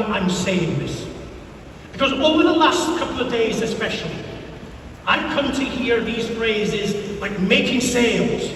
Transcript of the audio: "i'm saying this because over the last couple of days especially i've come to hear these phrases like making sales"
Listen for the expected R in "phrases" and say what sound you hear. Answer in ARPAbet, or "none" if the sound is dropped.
R